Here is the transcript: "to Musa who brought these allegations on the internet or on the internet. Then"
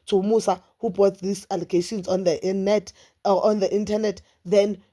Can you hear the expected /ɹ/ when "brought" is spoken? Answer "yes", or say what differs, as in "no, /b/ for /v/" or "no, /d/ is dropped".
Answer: no, /ɹ/ is dropped